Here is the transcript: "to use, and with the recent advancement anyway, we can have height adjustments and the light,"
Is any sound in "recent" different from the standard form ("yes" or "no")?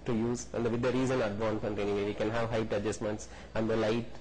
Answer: yes